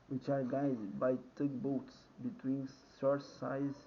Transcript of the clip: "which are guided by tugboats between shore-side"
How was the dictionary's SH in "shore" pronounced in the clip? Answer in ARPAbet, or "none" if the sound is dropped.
S